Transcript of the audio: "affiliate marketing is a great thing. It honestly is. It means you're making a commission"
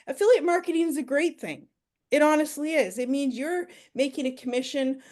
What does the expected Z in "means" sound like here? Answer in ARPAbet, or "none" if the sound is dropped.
Z